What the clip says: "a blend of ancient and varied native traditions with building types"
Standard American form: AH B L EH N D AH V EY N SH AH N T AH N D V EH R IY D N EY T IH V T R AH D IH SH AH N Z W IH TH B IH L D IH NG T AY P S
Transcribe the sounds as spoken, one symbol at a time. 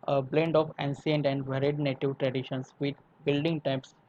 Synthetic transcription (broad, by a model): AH B L EH N D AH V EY N S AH N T AH N D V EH R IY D N EY T IH V T R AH D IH SH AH N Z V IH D B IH L D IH NG T AY P S